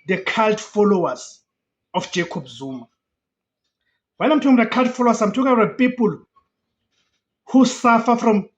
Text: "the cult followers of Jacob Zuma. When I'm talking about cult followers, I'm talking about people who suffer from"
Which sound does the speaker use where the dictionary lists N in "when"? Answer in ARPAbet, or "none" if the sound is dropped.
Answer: L